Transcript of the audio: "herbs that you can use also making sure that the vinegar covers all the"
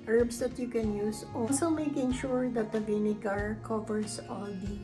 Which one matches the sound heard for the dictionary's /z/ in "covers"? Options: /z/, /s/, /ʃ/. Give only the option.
/s/